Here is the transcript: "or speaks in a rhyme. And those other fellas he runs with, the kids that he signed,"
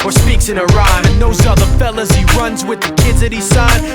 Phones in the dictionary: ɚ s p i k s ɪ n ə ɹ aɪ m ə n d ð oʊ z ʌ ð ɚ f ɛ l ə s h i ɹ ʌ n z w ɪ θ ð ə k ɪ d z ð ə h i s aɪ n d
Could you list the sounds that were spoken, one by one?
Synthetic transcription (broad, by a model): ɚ s p i k s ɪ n ə ɹ aɪ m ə n ð oʊ z ʌ ð ɚ f ɛ l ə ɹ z i ɹ ʌ n z w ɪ ð ə k ɪ d z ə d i s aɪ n